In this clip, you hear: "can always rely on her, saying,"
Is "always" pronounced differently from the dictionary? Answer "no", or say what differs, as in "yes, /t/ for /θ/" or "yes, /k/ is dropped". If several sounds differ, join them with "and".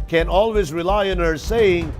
no